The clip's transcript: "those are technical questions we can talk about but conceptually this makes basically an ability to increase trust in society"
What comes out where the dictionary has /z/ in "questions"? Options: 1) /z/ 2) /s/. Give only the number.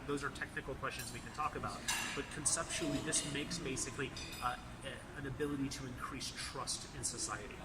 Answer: 1